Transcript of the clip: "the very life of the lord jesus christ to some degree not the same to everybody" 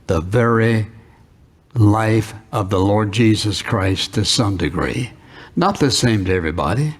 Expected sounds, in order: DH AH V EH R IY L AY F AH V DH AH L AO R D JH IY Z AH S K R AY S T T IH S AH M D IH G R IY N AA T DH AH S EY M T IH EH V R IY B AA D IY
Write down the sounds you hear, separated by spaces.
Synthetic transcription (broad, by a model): DH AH V EH R IY L AY F AH V DH AH L AO R D JH IY Z AH S K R AY S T T IH S AH M D IH G R IY N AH T DH AH S EY M T IH EH V R IY B AA D IY